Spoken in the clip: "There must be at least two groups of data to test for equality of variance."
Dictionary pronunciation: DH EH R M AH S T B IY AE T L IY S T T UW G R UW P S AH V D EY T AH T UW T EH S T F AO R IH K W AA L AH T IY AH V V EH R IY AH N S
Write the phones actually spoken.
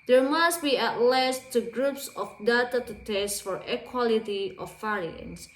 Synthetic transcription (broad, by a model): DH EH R M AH S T B IY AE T L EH S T T UW G R UW P S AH F D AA T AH T UW T EH S T F AO R IH K W AA L AH T IY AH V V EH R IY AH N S